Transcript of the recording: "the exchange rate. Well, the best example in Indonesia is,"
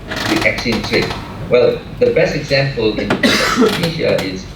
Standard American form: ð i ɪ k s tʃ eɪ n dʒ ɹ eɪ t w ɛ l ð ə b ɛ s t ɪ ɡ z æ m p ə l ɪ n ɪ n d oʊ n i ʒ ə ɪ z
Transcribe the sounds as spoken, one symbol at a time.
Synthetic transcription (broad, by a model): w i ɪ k tʃ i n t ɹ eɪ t w ɛ l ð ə b ɛ s t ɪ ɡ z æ m p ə l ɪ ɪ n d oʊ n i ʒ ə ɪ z